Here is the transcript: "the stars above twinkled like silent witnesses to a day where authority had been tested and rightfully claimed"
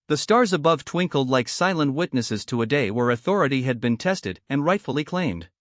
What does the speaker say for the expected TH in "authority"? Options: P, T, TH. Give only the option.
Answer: TH